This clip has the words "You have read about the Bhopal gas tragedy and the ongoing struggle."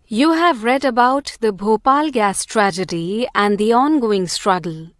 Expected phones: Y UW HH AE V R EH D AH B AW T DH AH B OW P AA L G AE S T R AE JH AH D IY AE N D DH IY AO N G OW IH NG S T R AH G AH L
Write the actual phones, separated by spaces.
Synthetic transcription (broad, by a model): Y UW HH AE V R EH D AH B AW T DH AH B OW P AA L G AE S T R AE JH AH D IY AE N D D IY AO N G OW IH NG S T R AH G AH L